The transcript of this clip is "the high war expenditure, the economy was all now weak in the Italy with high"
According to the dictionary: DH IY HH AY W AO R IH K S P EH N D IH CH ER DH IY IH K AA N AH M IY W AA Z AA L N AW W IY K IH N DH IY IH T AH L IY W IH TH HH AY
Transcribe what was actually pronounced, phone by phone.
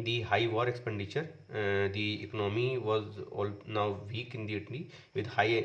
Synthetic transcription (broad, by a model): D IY HH AY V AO R IH K S P EH N D IH CH ER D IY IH K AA N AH M IY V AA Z AA L N AW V IY K IH N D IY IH T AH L IY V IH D HH AY